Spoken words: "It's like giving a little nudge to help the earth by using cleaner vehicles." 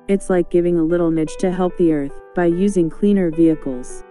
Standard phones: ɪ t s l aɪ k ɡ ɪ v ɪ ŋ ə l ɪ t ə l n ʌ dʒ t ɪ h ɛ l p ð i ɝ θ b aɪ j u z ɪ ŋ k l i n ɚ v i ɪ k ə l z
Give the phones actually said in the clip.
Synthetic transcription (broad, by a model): ɪ t s l aɪ k ɡ ɪ v ɪ ŋ ə l ɪ t l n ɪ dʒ t ɪ h ɛ l p ð i ɝ θ b aɪ j u z ɪ ŋ k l i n ɚ v i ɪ k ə l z